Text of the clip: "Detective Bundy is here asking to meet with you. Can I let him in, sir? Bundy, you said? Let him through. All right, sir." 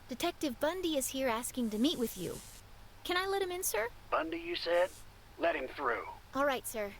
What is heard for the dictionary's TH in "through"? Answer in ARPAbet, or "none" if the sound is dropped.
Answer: TH